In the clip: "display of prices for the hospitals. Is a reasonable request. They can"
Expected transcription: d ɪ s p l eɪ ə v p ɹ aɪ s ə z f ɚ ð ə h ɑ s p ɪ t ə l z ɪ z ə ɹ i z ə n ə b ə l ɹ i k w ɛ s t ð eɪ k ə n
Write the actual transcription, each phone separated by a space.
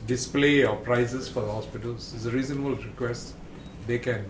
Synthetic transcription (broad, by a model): d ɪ s p l eɪ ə p ɹ aɪ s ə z f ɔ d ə h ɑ s p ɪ t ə l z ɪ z ə ɹ i z ə n ə b ə l ɹ i k w ɛ s t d eɪ k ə n